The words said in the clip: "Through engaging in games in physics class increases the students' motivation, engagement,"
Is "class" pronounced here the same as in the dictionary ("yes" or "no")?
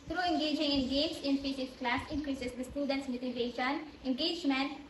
yes